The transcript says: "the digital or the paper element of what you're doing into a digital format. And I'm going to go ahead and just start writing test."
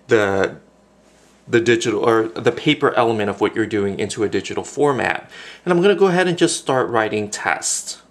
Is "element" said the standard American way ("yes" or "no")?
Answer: no